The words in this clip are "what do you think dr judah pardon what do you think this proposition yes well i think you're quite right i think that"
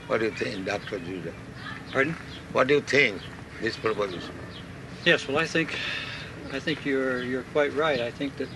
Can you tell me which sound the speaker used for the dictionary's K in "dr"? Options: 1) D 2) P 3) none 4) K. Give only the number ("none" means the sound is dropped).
4